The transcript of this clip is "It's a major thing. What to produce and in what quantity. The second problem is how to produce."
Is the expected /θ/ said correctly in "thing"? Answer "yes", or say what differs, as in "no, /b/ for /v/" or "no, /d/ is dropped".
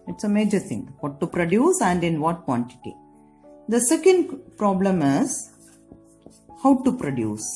no, /t/ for /θ/